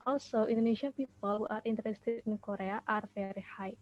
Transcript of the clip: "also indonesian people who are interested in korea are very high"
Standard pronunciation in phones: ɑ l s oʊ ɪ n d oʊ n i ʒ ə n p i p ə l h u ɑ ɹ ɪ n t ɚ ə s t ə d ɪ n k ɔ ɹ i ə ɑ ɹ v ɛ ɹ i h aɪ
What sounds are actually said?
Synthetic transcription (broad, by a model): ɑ l s oʊ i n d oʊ n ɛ ʃ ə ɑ p i p ə l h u ɑ ɹ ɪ n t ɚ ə s t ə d ɪ n k ɔ ɹ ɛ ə ɑ ɹ f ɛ ɹ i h aɪ